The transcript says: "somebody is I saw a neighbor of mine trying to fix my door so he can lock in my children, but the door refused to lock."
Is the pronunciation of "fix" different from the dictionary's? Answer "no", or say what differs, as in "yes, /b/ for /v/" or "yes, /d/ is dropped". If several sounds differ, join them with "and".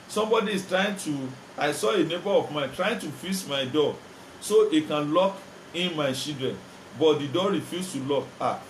yes, /k/ is dropped